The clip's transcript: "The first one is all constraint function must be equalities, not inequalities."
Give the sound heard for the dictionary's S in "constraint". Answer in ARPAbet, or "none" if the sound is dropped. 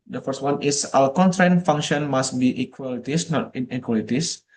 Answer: none